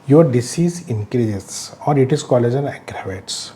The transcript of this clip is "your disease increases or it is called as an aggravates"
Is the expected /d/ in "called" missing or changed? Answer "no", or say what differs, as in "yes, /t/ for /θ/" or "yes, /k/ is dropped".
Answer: yes, /d/ is dropped